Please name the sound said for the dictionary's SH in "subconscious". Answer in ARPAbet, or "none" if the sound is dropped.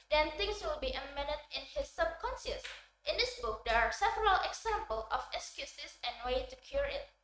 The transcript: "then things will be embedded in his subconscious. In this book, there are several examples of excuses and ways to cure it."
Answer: S